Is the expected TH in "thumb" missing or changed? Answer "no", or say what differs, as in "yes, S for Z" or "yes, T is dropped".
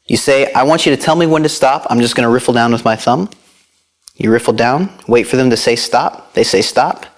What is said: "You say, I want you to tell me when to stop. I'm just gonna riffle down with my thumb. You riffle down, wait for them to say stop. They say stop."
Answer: no